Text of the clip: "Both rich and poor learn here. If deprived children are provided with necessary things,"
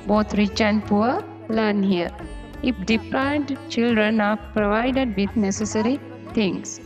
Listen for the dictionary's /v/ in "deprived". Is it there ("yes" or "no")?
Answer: no